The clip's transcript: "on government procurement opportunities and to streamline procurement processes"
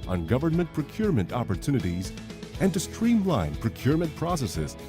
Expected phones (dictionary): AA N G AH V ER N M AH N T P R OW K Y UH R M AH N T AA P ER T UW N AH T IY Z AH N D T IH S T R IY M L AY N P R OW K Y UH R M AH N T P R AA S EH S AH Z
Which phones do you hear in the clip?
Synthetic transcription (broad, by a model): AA N G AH V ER N M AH N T P R OW K Y UH R M AH N T AA P ER T UW N AH T IY Z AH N T IH S T R IY M L AY N P R OW K Y UH R M AH N T P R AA S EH S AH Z